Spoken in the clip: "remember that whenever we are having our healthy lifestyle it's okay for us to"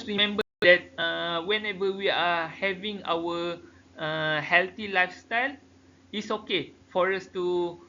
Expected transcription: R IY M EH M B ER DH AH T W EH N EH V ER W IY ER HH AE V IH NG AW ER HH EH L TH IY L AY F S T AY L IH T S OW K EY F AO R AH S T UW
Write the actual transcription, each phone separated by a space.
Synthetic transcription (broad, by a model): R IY M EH M B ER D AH T W EH N EH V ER W IY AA HH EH V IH NG AW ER HH EH L T IY L AY F S T AY L IH T S OW K EY F AO R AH S T UW